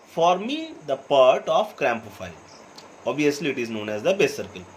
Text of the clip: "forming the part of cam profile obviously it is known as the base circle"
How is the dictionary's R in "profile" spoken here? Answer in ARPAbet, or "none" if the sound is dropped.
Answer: none